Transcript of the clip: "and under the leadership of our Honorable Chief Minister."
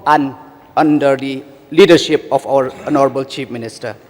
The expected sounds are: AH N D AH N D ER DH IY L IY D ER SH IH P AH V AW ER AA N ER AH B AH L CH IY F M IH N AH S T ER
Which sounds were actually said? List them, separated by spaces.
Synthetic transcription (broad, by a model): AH N AH N D ER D IY L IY D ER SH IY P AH P AW ER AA N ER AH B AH L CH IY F M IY N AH S T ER